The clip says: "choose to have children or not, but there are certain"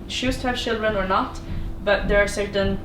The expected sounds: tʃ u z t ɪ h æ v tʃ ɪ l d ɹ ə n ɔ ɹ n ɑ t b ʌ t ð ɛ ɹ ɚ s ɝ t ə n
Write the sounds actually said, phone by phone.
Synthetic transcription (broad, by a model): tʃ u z t ɪ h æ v tʃ ɪ l d ɹ ə n ɔ ɹ n ɑ t b ʌ t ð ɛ ɹ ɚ s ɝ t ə n